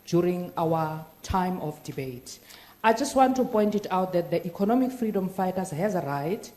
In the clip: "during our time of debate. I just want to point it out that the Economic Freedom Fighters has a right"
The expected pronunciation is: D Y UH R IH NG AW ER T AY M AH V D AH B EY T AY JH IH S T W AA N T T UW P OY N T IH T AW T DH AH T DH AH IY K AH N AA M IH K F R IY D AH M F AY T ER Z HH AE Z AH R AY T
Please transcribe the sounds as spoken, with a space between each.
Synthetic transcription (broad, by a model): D Y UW R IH NG AW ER T AY M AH F D AH B EY T AY JH IH S T W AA N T T UW P OY N T IH T AW T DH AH T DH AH IY K AH N AA M IH K F R IY D AH M F AY T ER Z HH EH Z AH R AY T